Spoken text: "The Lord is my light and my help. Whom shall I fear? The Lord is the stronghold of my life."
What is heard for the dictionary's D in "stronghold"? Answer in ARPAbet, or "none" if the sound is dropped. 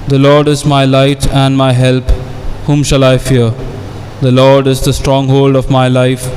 D